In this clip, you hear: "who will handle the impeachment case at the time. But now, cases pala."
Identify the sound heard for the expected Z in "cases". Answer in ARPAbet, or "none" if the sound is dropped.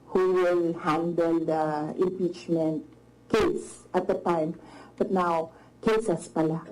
S